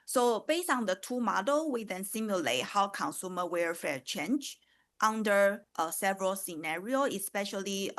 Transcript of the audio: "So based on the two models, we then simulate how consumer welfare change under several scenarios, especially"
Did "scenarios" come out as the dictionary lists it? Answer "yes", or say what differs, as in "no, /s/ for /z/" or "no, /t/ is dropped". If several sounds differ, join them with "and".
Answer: no, /z/ is dropped